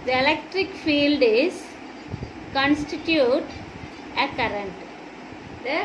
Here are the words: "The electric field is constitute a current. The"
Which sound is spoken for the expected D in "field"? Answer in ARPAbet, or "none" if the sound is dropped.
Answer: D